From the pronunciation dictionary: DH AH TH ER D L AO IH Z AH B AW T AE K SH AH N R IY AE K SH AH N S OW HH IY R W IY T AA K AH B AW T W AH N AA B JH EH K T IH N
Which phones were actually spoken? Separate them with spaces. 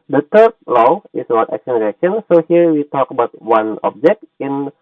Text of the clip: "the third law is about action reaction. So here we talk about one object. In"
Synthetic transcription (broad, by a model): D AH T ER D L AO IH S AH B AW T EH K S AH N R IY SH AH N S OW HH IY R W IY T AA K AH B AW T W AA N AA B JH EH K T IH N